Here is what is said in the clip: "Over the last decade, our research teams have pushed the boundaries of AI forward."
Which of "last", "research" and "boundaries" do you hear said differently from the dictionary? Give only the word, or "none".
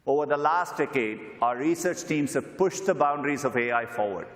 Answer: none